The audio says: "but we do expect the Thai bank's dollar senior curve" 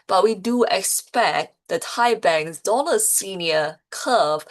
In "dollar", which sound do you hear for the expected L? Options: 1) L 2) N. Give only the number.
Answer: 2